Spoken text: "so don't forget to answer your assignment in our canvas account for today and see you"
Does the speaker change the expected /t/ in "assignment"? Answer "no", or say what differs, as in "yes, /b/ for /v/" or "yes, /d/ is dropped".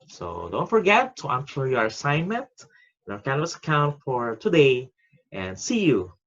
no